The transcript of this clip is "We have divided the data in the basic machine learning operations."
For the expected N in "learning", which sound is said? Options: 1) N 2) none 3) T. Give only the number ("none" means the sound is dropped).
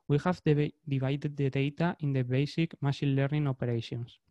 1